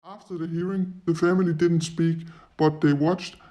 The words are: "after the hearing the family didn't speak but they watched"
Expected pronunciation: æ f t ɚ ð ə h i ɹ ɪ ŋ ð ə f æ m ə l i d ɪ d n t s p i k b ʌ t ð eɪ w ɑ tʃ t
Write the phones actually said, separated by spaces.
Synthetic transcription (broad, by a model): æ f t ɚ ð ə h i ɹ ɪ ŋ ð ə f æ m ə l i d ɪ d n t s p i k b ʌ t ð eɪ w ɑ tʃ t